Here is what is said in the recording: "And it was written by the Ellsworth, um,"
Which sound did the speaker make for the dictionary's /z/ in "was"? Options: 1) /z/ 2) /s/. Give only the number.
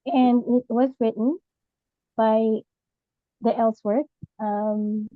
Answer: 1